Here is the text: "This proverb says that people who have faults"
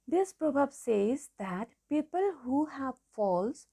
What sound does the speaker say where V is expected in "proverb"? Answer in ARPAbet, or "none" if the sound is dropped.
B